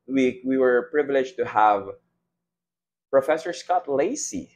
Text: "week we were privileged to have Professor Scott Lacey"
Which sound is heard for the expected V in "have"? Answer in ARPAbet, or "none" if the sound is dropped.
V